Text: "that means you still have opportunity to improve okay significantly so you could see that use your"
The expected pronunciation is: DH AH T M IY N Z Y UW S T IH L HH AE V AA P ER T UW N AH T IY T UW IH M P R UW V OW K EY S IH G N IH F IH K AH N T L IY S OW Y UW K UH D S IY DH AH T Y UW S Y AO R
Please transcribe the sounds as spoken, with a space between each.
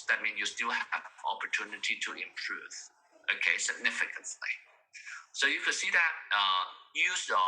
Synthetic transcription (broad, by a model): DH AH T M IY N Y UW S T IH L HH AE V AA P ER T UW N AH T IY T UW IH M P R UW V OW K EY S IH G N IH F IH K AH N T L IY S OW Y UW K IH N S IY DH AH T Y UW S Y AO